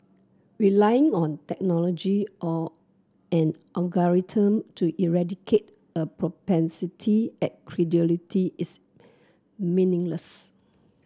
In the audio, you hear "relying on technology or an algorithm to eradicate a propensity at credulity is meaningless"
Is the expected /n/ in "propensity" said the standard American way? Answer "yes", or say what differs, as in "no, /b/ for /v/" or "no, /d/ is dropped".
yes